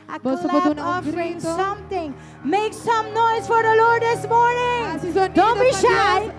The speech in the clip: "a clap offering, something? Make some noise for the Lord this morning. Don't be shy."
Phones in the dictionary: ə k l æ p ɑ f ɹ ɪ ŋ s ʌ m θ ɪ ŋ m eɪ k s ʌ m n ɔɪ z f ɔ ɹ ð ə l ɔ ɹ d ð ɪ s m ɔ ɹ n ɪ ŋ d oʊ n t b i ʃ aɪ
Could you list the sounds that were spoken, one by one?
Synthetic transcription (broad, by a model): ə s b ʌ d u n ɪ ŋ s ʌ m t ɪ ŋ m eɪ k s ʌ m n ɔɪ z f ɔ ɹ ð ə l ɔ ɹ d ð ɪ s m ɔ ɹ n ɪ ŋ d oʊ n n b i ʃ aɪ